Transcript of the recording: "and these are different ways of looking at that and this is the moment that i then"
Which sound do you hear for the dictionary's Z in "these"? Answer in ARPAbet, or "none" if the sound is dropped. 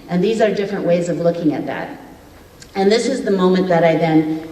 Z